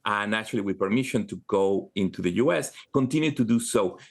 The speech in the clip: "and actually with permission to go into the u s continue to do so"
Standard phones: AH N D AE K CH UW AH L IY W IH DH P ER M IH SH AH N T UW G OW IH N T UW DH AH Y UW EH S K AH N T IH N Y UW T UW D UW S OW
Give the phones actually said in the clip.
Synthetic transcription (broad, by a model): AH N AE CH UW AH L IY W IH DH P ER M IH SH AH N T UW G OW IH N T UW DH AH Y UW EH S K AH N T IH N Y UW T UW D UW S OW